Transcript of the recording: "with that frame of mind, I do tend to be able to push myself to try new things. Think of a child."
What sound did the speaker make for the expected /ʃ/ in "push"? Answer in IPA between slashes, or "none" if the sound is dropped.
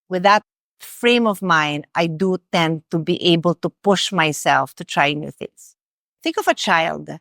/ʃ/